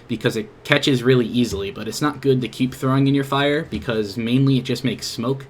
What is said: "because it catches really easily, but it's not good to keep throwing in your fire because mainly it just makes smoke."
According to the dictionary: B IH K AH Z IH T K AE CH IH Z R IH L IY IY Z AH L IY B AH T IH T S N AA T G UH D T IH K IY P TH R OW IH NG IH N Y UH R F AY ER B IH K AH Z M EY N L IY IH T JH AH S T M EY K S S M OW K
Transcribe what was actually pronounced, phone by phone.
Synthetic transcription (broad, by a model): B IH K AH Z IH T K AE CH IH Z R IH L IY IY Z L IY B AH T IH T S N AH T G UH D T IH K IY P TH R OW IH NG IH N Y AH R F AY ER B IH K AH Z M EY N L IY IH T JH AH S T M EY K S S M OW K